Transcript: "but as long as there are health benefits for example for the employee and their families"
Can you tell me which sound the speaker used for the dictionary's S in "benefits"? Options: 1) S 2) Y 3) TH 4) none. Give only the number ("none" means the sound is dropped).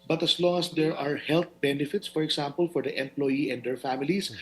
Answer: 1